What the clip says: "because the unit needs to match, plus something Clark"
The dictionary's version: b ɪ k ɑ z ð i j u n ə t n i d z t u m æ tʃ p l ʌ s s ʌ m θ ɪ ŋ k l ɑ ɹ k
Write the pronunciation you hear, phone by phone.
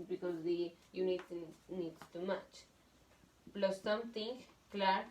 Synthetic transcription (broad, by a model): b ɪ k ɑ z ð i j u n ə t n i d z t u m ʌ tʃ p l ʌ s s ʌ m t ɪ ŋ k l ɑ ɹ